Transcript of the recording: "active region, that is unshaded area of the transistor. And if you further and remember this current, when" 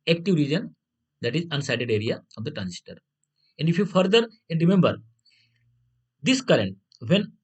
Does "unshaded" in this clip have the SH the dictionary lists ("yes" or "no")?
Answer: no